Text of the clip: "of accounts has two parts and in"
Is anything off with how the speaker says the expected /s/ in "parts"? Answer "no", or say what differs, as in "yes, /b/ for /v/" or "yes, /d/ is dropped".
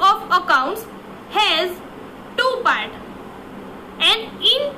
yes, /s/ is dropped